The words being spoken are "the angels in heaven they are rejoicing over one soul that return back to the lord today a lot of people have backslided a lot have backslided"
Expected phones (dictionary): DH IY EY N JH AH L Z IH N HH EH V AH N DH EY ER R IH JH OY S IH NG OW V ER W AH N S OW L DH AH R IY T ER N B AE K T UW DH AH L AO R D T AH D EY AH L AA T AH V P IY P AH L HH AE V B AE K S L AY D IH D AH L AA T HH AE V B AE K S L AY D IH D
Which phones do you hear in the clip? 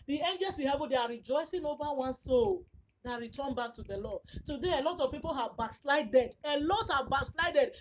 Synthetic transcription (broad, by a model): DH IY EY N JH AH L S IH HH EH V AH N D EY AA R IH JH OY S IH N OW V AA W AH N S OW L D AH R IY T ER N B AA K T UW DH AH L AO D T AH D EY AH L AA T AH V P IY P AH L HH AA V B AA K S L AY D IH D AH L AA T HH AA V B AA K S L AY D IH D